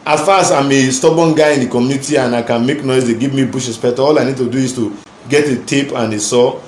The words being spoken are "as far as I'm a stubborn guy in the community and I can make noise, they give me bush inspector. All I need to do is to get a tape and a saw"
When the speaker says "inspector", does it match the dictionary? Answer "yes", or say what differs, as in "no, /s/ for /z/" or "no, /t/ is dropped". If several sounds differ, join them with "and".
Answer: no, /n/ is dropped